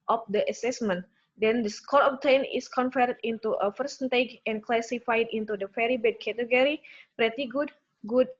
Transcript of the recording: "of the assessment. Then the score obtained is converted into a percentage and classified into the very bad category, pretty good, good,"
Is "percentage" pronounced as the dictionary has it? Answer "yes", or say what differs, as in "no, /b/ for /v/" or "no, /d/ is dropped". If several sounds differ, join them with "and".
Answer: no, /f/ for /p/